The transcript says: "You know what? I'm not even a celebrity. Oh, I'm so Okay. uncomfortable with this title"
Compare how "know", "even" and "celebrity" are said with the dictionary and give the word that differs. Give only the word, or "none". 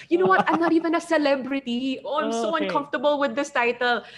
none